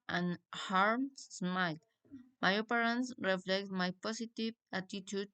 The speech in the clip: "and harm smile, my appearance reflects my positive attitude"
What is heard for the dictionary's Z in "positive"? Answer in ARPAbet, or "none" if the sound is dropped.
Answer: S